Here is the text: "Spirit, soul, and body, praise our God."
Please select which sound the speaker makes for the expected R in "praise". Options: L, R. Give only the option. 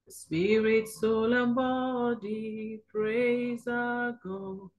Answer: R